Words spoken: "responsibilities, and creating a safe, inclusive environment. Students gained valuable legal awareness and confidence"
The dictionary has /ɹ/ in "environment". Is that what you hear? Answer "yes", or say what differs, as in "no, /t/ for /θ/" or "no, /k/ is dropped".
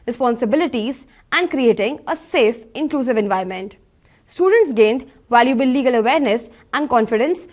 no, /ɹ/ is dropped